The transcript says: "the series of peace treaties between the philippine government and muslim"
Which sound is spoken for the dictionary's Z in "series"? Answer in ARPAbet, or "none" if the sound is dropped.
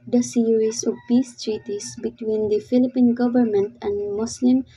S